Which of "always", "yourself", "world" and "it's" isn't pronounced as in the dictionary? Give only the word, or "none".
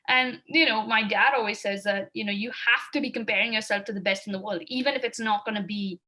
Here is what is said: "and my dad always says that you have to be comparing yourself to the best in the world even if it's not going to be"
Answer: none